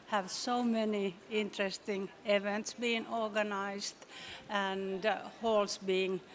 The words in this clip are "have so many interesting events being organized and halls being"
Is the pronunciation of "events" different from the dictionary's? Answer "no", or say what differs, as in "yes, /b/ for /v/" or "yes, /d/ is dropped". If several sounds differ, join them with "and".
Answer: no